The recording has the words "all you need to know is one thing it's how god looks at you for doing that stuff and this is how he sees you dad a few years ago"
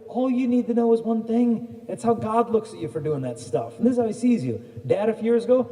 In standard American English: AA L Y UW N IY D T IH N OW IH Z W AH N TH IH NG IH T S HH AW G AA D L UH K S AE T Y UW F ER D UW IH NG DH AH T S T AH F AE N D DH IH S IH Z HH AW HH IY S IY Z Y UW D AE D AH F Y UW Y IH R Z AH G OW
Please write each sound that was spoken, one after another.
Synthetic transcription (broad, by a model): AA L Y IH N IY D T IH N OW IH Z W AH N TH IH NG IH T S HH AW G AA D L UH K S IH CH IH F ER D UW IH NG DH AH T S T AH F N DH IH S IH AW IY S IY Z Y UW D AE D AH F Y Y IH R Z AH G OW